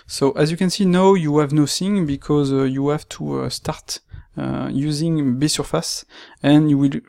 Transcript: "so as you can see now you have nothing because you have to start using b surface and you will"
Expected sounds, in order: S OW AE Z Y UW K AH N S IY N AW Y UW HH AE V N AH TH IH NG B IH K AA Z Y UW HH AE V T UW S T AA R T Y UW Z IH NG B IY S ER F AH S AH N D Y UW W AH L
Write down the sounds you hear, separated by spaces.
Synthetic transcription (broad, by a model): S OW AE Z Y UW K AH N S IY N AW Y UW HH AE V N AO S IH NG B IH K AA Z Y UW HH AE V T UW S T AA R T Y UW Z IH NG B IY S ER F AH S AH N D Y UW W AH L